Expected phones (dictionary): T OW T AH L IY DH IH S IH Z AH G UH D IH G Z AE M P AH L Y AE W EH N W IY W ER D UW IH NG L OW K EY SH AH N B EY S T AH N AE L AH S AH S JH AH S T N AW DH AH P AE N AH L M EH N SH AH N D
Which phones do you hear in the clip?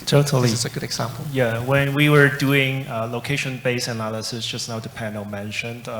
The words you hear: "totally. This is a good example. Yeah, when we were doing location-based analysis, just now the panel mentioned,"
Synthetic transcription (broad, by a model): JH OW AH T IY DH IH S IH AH G UH D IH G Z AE M P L Y AE W EH N W IY W ER D UW IH NG L OW K EY SH AH N B EY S AH N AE L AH S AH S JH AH S N AW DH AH P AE N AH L M EH N SH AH N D